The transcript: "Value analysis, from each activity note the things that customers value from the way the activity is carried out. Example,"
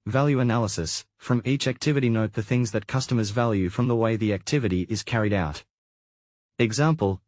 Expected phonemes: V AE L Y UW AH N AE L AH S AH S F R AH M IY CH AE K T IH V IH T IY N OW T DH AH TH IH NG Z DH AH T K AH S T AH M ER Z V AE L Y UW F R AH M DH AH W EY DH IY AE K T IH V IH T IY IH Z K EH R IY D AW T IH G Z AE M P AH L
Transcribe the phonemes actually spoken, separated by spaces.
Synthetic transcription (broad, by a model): V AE L Y UW AH N AE L AH S AH S F R AH M IY CH AE K T IH V IH T IY N OW T DH AH TH IH NG Z DH AH T K AH S T AH M ER Z V AE L Y UW F R AH M DH AH W EY DH IY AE K T IH V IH T IY IH Z K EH R IY D AW T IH G Z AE M P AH L